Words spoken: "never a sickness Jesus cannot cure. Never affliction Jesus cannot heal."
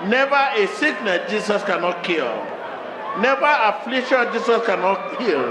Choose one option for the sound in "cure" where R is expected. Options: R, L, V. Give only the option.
L